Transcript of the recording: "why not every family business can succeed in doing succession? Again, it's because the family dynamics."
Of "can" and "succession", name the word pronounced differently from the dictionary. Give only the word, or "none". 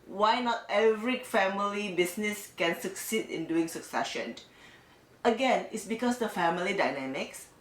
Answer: none